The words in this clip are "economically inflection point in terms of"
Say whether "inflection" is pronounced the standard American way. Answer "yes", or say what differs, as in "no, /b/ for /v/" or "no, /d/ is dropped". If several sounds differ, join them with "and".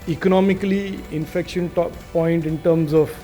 no, /l/ is dropped